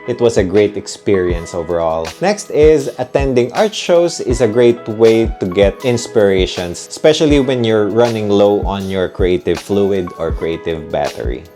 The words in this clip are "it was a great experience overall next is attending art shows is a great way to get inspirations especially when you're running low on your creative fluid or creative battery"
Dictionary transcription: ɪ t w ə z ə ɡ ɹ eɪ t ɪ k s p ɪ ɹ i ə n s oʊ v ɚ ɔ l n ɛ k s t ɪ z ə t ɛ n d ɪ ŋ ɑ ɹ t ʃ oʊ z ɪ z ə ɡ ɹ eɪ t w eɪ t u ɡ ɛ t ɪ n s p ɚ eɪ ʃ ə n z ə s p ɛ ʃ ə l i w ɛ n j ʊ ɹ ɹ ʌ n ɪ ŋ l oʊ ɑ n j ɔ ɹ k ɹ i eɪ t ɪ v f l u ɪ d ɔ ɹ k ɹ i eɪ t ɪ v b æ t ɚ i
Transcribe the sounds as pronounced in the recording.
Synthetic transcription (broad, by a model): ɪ t w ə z ə ɡ ɹ eɪ t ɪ k s p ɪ ɹ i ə n s oʊ v ɚ ɔ l n ɛ k s t ɪ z ə t ɛ n d ɪ ŋ ɑ ɹ t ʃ oʊ s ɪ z ə ɡ ɹ eɪ t w eɪ t u ɡ ɛ t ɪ n s p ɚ eɪ ʃ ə n s ə s p ɛ ʃ ə l i w ɛ n j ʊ ɹ ɹ ʌ n ɪ ŋ l oʊ ɑ n j ɔ ɹ k ɹ i eɪ t ɪ v f l u ɪ d ɔ ɹ k ɹ i eɪ t ɪ v b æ t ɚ i